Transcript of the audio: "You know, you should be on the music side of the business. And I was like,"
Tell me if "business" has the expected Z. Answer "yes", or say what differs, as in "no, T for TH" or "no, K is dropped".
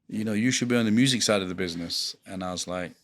yes